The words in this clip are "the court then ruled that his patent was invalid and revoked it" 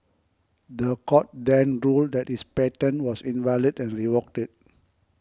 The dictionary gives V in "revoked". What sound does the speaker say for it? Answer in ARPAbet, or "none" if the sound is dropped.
W